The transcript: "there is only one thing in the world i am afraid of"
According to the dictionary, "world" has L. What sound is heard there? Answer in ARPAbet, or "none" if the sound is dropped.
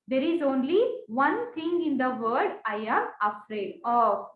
none